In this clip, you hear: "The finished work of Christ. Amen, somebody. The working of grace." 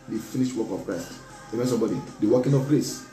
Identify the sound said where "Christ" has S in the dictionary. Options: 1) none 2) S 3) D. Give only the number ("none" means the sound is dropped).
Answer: 2